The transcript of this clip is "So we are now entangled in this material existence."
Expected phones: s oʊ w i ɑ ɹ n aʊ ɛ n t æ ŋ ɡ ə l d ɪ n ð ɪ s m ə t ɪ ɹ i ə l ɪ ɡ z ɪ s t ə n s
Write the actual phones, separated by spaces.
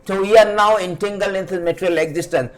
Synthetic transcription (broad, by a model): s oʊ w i ɑ ɹ n aʊ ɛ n t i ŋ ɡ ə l ɪ n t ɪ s m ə t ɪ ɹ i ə l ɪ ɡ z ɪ s t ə n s